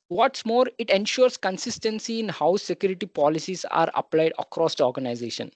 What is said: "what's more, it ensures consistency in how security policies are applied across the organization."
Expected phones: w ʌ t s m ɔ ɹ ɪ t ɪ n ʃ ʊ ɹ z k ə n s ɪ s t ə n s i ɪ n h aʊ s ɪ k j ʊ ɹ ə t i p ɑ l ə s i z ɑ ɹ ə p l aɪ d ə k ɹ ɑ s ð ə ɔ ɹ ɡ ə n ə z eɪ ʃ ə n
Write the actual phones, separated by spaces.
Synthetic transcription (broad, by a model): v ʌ t s m ɔ ɹ ɪ t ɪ n ʃ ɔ ɹ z k ə n s ɪ s t ə n s i ɪ n h aʊ s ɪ k j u ɹ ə t i p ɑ l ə s i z ɑ ɹ ə p l aɪ d ə k ɹ ɑ s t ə ɔ ɹ ɡ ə n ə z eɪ ʃ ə n